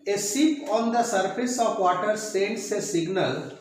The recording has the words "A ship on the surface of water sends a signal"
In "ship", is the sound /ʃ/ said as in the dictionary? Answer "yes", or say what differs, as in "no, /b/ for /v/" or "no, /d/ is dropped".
no, /s/ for /ʃ/